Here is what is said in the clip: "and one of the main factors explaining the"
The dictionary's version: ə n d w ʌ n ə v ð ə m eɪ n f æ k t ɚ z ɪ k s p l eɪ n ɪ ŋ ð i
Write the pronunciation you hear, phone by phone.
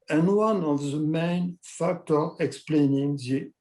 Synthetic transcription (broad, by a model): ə n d w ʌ n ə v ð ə m eɪ n f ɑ k t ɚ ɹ ɪ k s p l eɪ n ɪ ŋ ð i